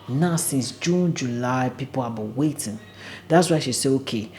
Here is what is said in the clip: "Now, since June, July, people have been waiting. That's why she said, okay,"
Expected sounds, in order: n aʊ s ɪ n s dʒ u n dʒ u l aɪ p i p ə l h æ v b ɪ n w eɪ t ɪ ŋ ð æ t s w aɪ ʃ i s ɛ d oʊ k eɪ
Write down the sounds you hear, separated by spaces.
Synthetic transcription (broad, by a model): n aʊ s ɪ n s dʒ u n dʒ u l aɪ p i p ə l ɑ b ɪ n w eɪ t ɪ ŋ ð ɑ t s w aɪ ʃ i s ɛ oʊ k eɪ